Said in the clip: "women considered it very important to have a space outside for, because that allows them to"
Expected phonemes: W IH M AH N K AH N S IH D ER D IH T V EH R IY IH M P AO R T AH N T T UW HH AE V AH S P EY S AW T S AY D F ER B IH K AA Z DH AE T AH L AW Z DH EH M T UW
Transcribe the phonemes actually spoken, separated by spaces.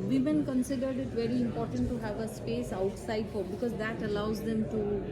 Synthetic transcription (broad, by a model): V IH M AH N K AH N S IH D ER D IH T V EH R IY IH M P AO R T AH N T T UW HH AE V AH S P EY S AW T S AY D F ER B IH K AA Z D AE T AH L AW Z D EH M T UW